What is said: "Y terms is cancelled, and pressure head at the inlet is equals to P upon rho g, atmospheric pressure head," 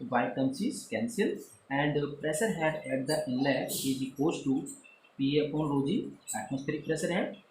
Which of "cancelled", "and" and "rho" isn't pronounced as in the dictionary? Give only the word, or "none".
cancelled